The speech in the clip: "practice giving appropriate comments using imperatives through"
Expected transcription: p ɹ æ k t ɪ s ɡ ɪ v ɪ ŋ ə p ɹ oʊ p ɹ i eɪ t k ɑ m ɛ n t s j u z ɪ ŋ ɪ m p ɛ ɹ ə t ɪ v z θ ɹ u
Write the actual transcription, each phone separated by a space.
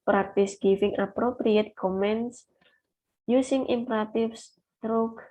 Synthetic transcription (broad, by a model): p ɹ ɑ k t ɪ s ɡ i f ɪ ŋ ə p ɹ oʊ p ɹ i eɪ t k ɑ m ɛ n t s j u s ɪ ŋ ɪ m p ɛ ɹ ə t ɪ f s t ɹ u